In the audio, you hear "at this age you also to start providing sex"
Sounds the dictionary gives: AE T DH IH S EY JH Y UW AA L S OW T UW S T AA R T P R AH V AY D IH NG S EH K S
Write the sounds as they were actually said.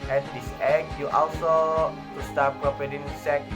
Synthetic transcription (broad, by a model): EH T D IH S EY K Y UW AA L S OW T UW S T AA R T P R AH P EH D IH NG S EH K